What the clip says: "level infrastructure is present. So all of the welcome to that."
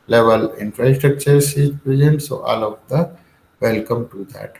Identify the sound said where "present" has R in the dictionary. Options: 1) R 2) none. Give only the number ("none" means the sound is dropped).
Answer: 2